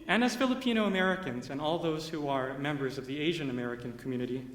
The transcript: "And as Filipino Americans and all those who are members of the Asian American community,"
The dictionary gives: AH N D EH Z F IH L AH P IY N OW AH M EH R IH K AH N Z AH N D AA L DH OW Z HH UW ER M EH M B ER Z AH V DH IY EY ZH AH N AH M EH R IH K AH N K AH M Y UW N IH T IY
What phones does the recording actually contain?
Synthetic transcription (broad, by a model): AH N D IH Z F IH L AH P IY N OW AH M EH R IH K AH N Z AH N AA L DH OW Z HH UW ER M EH M B ER Z AH V DH IY EY ZH AH N AH M EH R IH K AH N K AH M Y UW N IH T IY